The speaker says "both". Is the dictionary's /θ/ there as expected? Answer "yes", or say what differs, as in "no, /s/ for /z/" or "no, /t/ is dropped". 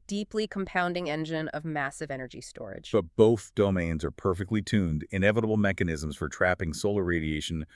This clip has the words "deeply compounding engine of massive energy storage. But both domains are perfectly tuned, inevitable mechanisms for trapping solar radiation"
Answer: yes